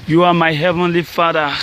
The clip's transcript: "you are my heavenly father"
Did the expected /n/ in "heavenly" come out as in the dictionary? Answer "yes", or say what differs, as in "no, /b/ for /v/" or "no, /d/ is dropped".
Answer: yes